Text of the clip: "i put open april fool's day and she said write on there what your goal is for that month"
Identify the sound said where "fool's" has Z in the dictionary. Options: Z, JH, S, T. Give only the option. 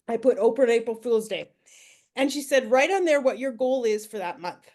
Z